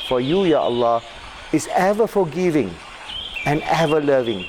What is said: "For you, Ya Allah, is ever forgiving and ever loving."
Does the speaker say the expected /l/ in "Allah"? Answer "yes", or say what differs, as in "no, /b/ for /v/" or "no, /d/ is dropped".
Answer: yes